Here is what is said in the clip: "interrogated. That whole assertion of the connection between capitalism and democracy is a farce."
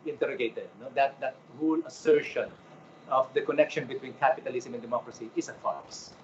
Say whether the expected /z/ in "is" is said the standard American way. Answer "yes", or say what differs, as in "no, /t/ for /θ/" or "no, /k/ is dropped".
no, /s/ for /z/